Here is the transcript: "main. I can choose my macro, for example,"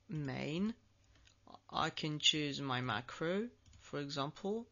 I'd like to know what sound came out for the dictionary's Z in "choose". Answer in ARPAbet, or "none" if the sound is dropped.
Z